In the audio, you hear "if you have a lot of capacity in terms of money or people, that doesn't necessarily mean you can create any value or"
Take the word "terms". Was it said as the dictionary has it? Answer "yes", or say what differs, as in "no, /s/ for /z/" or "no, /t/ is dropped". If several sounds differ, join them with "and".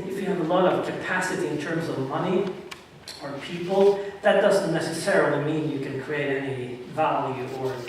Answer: yes